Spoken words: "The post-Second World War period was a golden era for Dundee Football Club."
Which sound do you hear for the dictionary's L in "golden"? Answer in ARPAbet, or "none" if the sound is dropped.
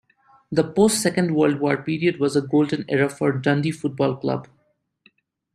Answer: L